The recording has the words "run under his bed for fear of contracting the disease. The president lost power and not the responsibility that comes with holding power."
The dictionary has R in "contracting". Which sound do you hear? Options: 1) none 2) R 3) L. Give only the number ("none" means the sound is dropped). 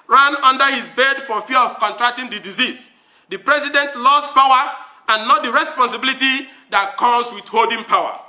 2